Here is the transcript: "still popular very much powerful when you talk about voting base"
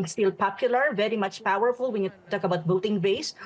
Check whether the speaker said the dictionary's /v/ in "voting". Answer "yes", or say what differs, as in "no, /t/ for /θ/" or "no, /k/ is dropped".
no, /b/ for /v/